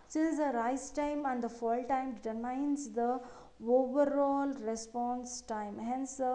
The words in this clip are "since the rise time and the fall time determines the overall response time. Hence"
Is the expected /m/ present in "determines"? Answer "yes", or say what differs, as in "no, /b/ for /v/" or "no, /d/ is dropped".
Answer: no, /m/ is dropped